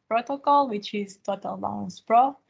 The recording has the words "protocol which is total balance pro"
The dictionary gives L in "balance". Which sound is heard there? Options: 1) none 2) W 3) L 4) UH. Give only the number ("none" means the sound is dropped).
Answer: 1